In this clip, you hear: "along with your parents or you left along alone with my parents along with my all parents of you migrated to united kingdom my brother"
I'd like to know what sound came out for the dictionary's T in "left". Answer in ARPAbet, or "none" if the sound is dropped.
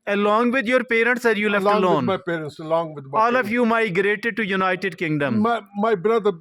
none